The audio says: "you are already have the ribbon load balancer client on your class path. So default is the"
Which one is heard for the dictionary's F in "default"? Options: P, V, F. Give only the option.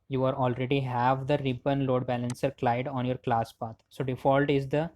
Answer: F